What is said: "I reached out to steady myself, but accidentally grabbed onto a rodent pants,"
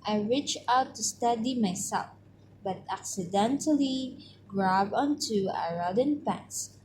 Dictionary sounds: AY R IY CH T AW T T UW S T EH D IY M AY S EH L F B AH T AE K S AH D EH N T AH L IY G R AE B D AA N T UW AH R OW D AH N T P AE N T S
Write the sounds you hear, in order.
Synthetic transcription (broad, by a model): AY R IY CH AW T T UW S T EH D IY M AY S EH L F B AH T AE K S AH D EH N T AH L IY G R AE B AA N T UW AH R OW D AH N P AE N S